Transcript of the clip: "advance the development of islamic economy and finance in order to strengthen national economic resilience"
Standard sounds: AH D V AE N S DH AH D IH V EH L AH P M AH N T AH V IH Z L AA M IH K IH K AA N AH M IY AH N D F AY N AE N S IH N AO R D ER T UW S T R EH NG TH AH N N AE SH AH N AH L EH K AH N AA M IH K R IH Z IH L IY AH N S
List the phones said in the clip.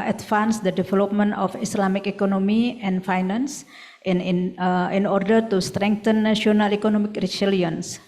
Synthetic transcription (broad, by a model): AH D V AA N S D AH D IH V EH L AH P M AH N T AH F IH S L AA M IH K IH K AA N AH M IY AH N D F AY N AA N S IH N AO R D ER T UW S T R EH NG T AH N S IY AH N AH L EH K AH N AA M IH K R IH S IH L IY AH N S